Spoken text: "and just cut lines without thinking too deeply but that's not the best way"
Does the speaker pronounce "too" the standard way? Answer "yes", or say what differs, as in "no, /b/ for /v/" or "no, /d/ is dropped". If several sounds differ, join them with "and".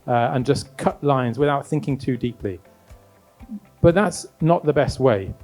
yes